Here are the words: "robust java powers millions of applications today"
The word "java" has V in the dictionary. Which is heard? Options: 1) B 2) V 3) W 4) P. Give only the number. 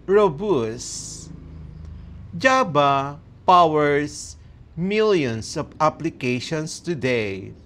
1